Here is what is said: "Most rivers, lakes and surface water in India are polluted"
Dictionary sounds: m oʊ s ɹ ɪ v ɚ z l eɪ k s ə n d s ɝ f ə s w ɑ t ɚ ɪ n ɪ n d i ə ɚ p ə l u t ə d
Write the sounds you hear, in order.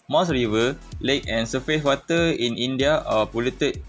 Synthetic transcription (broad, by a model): m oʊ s ɹ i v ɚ l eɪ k ə n s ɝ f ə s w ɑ t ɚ ɪ n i n d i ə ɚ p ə l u t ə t